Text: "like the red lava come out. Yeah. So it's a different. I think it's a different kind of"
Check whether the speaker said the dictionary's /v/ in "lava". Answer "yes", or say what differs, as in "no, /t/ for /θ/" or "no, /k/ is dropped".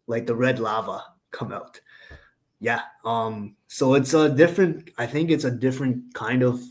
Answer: yes